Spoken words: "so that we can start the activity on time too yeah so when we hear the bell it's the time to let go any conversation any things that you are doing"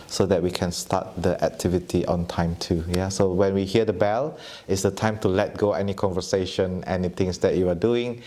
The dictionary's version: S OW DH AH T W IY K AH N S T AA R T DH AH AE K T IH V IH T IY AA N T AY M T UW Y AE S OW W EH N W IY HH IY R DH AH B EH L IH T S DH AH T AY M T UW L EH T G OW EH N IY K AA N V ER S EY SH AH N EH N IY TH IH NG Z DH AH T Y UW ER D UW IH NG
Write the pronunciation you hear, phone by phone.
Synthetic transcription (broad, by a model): S OW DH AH T W IY K AH N S T AA T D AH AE K T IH V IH T IY AA N T AY M T UW Y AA S OW W EH N W IY HH IY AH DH AH B EH L IH T S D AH T AY M T UW L EH T G OW EH N IY K AA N V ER S EY SH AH N EH N IY T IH NG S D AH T Y UW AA D UW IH NG